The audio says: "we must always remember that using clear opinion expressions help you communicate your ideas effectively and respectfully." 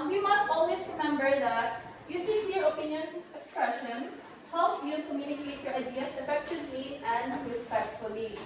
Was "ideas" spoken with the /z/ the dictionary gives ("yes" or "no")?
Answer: no